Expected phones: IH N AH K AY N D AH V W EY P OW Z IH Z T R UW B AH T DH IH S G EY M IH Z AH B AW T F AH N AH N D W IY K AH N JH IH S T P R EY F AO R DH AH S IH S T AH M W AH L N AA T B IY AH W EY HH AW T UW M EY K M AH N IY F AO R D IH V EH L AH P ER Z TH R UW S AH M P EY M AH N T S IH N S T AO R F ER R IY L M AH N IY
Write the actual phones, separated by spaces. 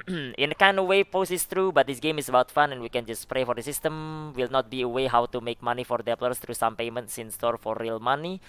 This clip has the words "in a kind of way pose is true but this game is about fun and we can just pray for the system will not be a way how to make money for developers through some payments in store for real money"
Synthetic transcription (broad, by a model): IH N AH K AY N D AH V W EY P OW S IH S T R UW B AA T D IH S G EY M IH S AH B AW T F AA N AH N W IY K AH N JH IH S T P R EY F AO R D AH S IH S T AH M W AH L N AA T B IY AH W EY HH AW T UW M EY K M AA N IY F AO R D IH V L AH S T R UW S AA M P EY M AH N T S IH N S T AO R F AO R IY L M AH N IY